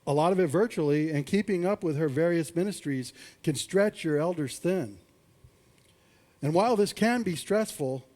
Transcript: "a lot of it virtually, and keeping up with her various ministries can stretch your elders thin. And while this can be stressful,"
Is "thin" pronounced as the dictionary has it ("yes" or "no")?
yes